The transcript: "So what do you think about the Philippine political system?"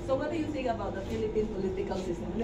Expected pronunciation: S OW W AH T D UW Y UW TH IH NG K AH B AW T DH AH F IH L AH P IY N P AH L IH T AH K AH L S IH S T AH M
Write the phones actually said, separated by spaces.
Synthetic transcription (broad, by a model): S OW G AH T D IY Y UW S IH K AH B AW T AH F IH L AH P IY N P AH L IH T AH K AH L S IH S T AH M